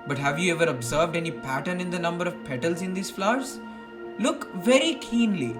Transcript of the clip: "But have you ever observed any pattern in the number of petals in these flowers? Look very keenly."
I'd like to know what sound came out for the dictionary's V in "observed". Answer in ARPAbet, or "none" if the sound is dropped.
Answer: V